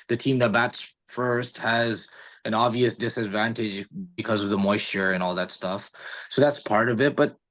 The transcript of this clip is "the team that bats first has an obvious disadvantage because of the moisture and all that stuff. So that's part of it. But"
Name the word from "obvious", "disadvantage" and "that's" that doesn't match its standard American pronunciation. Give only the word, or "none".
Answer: none